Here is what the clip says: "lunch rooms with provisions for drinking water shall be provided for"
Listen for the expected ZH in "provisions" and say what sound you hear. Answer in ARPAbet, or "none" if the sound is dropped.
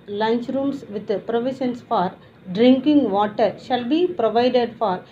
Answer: SH